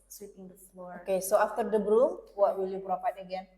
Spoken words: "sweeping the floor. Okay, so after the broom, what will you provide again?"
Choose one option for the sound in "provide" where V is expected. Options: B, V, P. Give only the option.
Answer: P